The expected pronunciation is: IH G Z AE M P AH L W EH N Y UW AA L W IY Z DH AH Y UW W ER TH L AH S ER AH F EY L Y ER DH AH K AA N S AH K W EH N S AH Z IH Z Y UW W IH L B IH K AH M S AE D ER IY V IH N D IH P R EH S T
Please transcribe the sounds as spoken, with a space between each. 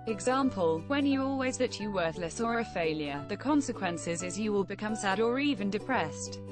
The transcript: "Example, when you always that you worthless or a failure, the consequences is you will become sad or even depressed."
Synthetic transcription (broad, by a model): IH G Z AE M P AH L W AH N Y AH AA L W IY Z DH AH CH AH W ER TH L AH S ER AH F EY L Y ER DH AH K AA N S AH K W EH N S AH Z IH Z Y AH W IH L B IH K AH M S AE D ER IY V IH N D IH P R EH S T